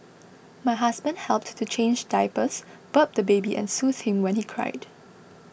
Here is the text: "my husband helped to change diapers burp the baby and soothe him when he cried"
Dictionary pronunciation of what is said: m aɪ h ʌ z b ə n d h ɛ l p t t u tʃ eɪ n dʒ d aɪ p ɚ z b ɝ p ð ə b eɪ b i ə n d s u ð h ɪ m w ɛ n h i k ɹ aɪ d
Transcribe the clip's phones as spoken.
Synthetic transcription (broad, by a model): m aɪ h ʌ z b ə n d h ɛ l p t t u tʃ eɪ n dʒ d aɪ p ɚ s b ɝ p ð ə b eɪ b i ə n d s u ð h ɪ m w ɛ n h i k ɹ aɪ d